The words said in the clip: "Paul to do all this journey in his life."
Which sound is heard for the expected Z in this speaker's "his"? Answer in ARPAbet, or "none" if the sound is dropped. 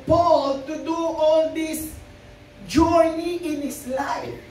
S